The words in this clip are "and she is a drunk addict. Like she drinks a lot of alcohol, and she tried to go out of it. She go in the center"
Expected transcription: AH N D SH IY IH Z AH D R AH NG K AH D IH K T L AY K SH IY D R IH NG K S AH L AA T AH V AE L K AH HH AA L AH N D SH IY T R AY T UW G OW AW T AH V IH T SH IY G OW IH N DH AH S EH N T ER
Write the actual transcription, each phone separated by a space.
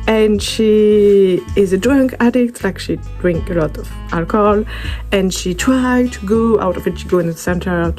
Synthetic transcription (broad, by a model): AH N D SH IY IH Z AH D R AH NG K AH D IH K T L AY K SH IY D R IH NG K AH L AA T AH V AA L K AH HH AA L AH N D SH IY T R AY T UW G OW AW T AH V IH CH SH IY G OW IH N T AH S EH N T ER